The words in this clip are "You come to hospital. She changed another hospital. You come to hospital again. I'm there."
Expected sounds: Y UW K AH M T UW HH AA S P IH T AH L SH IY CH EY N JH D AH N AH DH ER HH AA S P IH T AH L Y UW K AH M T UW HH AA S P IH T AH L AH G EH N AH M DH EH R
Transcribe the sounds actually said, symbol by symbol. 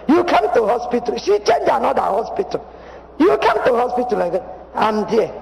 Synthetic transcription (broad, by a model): Y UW K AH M T UW HH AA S P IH T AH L SH IY CH EY N JH AH N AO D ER HH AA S P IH T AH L Y UW K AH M T UW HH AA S P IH T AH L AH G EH AH M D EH